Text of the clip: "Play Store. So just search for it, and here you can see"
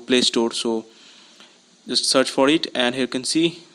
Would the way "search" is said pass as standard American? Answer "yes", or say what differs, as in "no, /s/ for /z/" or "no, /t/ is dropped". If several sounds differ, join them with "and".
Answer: yes